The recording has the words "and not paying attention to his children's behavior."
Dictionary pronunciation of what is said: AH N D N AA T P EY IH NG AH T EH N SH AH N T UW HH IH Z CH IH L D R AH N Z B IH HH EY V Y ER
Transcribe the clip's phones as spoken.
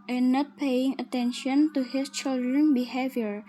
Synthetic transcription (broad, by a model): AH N N AA T P EY IH NG AH T EH N SH AH N T UW HH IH S CH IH L D R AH N B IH HH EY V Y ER